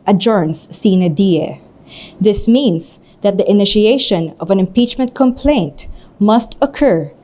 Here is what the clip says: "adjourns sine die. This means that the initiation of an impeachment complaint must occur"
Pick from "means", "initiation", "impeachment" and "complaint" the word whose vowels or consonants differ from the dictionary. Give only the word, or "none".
means